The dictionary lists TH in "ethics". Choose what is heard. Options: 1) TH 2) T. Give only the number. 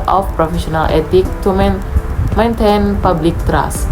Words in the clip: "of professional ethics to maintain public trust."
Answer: 2